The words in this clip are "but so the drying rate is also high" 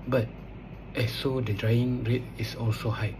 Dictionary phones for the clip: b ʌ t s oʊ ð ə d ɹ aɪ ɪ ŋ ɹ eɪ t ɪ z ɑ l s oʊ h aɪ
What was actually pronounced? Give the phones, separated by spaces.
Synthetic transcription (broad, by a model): b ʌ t s oʊ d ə d ɹ aɪ ɪ ŋ ɹ eɪ t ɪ s ɑ l s oʊ h aɪ